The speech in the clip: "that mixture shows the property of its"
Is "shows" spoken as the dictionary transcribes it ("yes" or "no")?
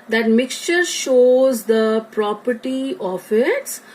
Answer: yes